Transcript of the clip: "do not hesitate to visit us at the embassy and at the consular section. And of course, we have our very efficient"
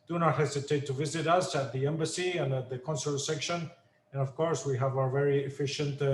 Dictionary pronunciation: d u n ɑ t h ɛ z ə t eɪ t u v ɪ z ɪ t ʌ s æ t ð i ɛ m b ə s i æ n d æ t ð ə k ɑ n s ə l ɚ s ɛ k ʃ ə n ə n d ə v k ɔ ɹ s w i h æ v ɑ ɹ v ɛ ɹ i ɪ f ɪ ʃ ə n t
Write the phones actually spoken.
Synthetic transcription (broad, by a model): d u n ɑ t h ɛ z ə t eɪ t u v ɪ z ɪ t ʌ s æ t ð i ɛ m b ə s i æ n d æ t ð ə k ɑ n s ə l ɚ s ɛ k ʃ ə n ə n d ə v k ɔ ɹ s w i h æ v ɑ ɹ v ɛ ɹ i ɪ f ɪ ʃ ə n t